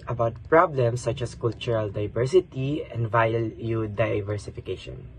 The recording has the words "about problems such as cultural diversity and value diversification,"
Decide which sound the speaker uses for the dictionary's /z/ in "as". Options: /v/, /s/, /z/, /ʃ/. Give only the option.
/s/